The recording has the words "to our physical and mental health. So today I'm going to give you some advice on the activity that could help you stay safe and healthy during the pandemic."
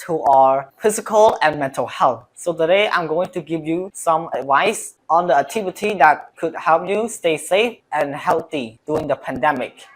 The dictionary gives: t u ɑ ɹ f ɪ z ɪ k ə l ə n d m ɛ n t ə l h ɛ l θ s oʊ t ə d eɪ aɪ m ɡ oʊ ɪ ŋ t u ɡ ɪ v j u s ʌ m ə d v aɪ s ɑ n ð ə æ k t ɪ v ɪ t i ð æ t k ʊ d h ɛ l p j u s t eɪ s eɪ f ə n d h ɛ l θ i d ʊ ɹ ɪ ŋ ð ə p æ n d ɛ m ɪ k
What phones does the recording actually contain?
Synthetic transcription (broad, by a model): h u ɑ ɹ f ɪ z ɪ k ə l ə n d m ɛ n t ə l h ɛ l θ s oʊ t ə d eɪ aɪ m ɡ oʊ ɪ ŋ t u ɡ ɪ v j u s ʌ m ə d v aɪ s ɑ n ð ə æ k t ɪ v ɪ t i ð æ t k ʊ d h ɛ l p j u s t eɪ s eɪ f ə n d h ɛ l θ i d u ɪ ŋ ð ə p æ n d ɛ m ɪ k